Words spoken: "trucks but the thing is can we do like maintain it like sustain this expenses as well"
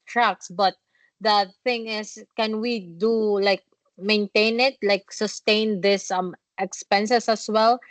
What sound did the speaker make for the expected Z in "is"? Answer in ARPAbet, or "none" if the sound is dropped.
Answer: S